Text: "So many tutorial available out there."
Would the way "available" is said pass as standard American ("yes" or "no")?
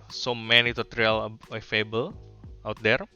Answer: no